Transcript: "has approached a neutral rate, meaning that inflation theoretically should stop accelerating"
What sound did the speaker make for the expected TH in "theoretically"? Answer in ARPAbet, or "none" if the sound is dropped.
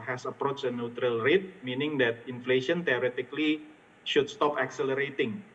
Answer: T